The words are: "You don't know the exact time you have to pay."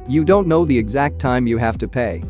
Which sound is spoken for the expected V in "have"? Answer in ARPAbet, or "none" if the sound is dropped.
F